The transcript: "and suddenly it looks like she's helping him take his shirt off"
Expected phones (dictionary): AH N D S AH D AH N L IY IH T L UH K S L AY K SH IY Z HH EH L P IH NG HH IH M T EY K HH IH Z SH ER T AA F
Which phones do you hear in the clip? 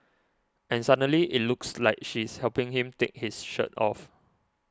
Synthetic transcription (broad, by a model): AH N S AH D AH L IY IH T L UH K S L AY K SH IY S HH EH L P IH NG HH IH M T EY K HH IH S SH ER T AA F